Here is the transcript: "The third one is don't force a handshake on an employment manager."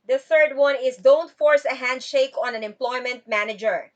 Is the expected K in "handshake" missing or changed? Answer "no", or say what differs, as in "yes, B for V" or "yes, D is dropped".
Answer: no